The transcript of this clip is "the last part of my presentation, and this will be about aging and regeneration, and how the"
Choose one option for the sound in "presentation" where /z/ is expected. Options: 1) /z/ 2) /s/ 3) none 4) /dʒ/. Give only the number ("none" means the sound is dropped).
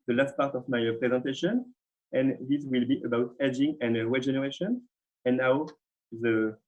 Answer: 1